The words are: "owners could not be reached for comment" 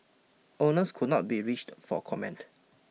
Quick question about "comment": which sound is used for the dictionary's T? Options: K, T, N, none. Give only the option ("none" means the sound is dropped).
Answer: T